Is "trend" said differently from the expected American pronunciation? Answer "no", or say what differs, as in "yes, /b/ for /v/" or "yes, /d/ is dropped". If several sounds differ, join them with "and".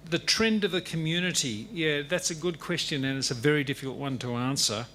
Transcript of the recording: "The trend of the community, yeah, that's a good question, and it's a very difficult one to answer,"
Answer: no